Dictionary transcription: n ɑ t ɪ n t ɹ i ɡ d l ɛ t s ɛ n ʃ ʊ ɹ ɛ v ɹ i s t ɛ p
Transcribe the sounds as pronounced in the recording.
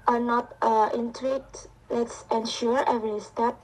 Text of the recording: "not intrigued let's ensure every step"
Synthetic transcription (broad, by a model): n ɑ t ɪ n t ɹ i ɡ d l ɛ t s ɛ n ʃ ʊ ɹ ɛ v ɹ i s t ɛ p